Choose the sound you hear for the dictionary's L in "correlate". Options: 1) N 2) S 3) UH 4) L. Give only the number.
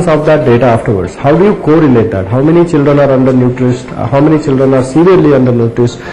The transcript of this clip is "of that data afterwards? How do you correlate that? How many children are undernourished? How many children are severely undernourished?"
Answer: 1